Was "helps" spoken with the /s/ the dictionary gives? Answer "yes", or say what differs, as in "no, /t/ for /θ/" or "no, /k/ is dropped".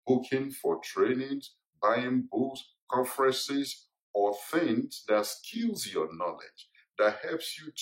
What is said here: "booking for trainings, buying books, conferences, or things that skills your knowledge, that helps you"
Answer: yes